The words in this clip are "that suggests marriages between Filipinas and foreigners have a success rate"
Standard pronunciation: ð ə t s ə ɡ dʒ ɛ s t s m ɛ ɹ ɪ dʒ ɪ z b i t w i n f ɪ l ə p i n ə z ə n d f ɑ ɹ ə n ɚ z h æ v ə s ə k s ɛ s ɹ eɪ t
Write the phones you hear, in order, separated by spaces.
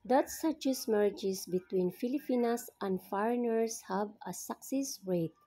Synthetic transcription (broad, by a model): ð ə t s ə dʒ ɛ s s m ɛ ɹ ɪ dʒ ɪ s b i t w i n f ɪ l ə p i n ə s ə n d f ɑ ɹ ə n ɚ s h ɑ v ə s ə k s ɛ s ɹ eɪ t